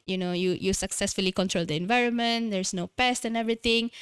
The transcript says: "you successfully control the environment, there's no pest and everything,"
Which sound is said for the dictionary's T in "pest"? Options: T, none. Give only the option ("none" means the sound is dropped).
T